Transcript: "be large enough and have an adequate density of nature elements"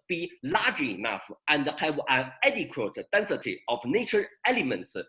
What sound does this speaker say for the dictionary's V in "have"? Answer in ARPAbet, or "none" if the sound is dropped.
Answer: B